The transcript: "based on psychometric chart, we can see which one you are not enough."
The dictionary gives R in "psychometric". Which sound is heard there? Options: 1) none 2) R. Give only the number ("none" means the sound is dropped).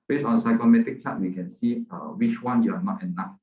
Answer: 1